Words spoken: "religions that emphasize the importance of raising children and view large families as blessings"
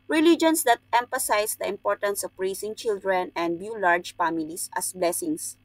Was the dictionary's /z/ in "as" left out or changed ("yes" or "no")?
yes